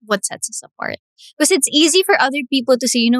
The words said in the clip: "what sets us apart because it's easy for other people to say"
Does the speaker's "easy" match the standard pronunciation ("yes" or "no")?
yes